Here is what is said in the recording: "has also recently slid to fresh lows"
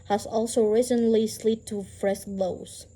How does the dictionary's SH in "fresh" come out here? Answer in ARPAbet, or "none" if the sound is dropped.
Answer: S